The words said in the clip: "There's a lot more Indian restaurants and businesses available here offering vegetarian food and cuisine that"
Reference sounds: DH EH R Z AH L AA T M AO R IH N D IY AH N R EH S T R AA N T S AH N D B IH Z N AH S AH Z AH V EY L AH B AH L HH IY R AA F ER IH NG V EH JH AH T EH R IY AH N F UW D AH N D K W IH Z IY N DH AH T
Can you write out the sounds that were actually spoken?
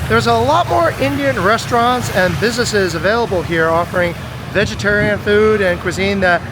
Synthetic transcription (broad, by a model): DH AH R Z AH L AA T M AO R IH N D IY AH N R EH S T R AA N T S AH N B IH Z N AH S AH Z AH V EY L AH B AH L HH IY R AA F ER IH NG V EH JH AH T EH R IY AH N F UW D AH N K W IH Z IY N DH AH T